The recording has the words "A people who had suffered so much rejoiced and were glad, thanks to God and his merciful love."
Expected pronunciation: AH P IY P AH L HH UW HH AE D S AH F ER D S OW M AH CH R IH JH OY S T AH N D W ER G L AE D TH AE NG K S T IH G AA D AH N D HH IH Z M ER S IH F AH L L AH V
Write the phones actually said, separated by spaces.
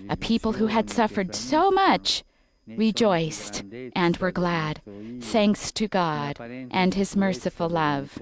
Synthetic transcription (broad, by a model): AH P IY P L HH UW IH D S AH F ER D S OW M AH CH R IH JH OY S T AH N W ER G L AE D TH AE NG K S T IH G AA D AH N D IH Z M ER S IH F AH L L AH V